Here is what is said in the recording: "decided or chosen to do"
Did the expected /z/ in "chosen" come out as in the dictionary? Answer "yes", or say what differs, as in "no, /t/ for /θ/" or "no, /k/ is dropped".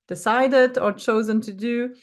yes